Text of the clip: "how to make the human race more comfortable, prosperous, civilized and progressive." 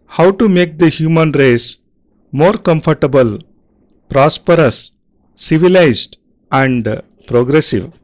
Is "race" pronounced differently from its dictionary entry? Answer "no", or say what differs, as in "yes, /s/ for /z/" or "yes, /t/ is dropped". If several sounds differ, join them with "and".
no